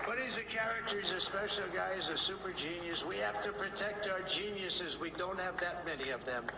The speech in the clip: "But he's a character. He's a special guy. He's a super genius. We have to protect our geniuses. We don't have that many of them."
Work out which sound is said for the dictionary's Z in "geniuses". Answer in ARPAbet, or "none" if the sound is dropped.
Z